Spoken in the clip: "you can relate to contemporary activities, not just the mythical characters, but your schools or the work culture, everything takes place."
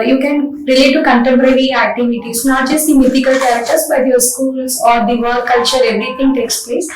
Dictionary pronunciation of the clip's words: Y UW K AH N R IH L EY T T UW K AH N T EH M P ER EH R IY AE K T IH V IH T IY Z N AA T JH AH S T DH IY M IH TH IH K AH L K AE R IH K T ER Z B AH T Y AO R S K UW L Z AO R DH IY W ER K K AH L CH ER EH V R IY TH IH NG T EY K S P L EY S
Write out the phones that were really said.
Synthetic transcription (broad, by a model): Y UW K AH N R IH L EY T T UW K AH N T EH M P ER EH R IY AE K T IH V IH T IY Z N AA T JH AH S T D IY M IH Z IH K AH L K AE R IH K T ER S B AH T Y AO R S K UW L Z AO R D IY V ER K K AH L CH ER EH V R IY T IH NG T EY K S P L EY S